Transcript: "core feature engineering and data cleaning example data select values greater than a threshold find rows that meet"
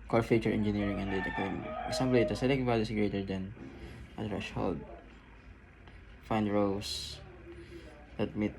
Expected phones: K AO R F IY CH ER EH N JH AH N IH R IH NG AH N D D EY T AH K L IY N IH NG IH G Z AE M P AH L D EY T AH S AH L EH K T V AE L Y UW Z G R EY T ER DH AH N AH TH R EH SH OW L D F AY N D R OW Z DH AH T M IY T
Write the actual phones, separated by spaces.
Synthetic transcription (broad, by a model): K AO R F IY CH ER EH N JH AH N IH R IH NG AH N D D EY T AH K AO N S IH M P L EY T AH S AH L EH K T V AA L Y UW S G R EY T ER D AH N AH T R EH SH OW L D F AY N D R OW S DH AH T M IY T